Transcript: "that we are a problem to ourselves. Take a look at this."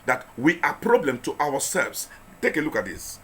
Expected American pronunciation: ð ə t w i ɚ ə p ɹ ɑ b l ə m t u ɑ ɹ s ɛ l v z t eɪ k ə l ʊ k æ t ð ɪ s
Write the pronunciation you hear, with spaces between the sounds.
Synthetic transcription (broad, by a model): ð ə t w i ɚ ə p ɹ ɑ b l ə m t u ɑ w s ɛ l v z t eɪ k ə l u k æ t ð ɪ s